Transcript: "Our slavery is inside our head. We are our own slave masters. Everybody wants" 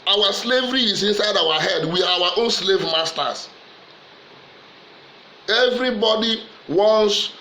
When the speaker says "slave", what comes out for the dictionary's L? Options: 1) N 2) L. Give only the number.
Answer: 2